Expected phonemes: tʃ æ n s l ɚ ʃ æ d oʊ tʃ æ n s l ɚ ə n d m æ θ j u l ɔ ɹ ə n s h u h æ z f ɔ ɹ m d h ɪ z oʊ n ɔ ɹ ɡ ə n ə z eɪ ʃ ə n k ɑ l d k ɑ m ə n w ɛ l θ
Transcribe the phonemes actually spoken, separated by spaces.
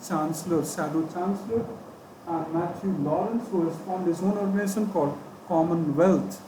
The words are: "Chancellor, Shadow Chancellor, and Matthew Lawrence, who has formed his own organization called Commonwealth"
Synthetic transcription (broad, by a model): tʃ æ n s l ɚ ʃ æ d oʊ tʃ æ n s l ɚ ə n d m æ t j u l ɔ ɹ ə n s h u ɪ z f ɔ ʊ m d h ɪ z oʊ n ɔ ɹ ɡ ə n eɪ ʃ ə n k ɑ l d k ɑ m ə n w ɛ l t